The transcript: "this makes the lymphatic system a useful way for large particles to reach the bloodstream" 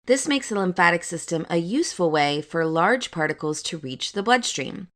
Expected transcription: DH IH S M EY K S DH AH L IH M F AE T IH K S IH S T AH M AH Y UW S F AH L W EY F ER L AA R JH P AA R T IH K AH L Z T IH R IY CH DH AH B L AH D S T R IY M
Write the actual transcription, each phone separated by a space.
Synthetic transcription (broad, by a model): DH IH S M EY K S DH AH L IH M F AE T IH K S IH S T AH M AH Y UW S F AH L W EY F ER L AA R JH P AA R T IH K L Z T IH R IY CH DH AH B L AH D S T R IY M